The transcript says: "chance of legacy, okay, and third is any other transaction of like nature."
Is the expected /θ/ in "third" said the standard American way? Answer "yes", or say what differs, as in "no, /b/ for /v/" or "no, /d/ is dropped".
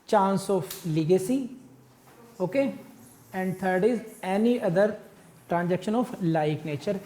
no, /t/ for /θ/